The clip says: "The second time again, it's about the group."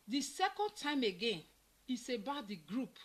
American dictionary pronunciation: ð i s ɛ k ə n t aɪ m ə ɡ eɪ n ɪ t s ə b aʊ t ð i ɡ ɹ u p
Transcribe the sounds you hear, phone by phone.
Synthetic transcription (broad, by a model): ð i s ɛ k ə n t aɪ m ə ɡ eɪ n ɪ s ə b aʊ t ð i ɡ ɹ u p